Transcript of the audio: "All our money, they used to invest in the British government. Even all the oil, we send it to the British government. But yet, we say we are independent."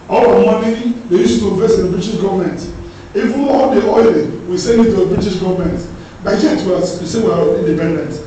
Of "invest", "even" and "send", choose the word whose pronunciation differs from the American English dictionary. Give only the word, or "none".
invest